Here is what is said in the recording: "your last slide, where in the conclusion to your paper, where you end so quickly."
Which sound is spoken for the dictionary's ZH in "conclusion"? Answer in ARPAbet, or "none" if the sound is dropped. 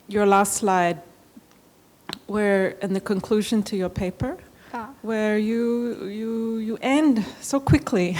ZH